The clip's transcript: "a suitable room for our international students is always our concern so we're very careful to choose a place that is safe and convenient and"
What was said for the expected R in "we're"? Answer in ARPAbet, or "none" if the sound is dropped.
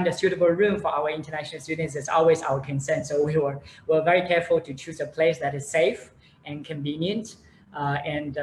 W